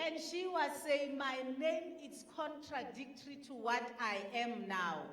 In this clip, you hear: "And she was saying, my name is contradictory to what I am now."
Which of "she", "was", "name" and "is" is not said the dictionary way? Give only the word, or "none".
is